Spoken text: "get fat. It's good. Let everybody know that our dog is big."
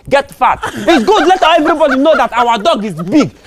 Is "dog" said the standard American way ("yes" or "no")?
yes